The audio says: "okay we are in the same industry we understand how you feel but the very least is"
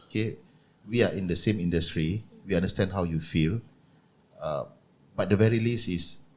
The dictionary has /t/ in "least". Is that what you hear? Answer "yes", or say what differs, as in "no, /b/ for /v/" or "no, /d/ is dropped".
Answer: no, /t/ is dropped